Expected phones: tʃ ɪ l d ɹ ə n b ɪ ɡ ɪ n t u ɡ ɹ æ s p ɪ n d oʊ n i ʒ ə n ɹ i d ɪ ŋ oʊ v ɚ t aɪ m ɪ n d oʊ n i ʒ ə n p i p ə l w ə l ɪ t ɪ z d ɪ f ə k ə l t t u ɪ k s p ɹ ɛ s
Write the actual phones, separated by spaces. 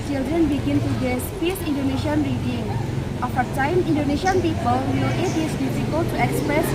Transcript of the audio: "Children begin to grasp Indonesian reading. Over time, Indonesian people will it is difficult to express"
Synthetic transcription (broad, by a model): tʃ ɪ l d ɹ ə n b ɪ ɡ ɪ n t u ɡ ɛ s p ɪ n d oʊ n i ʃ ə n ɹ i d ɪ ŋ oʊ f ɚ t aɪ m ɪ n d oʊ n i ʃ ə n p i p ə l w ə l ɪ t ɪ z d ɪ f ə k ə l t t u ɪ k s p ɹ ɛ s